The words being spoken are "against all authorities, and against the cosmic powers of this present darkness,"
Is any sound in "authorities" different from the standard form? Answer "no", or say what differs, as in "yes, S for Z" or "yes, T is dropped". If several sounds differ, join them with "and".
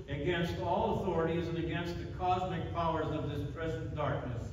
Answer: no